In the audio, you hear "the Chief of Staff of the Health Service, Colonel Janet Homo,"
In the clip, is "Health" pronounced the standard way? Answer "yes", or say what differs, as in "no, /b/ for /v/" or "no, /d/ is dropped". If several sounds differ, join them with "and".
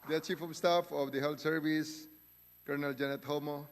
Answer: no, /t/ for /θ/